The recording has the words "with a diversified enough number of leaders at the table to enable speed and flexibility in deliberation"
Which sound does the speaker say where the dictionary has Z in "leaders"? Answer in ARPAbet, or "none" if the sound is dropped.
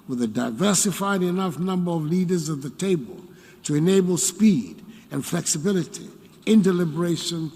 Z